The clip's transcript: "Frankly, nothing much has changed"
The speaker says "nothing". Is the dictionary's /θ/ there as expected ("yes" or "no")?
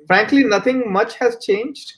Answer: no